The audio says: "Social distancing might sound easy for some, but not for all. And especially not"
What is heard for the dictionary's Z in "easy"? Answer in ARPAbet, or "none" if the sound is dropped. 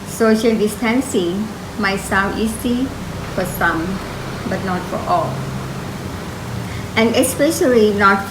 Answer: S